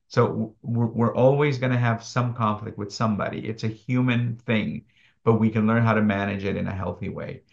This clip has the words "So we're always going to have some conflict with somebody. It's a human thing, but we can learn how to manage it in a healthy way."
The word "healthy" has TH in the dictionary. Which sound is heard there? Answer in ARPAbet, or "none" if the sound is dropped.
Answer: TH